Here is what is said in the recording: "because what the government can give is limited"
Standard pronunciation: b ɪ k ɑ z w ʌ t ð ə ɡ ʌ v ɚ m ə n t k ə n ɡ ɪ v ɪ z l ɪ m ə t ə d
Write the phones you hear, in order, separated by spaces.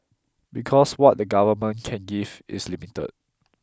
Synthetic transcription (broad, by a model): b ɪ k ɑ s w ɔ t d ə ɡ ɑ v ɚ m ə n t k ə n ɡ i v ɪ s l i m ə t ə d